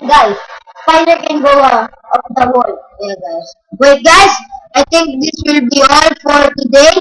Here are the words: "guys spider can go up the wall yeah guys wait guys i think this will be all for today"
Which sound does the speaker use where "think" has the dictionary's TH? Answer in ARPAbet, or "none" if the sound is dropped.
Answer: T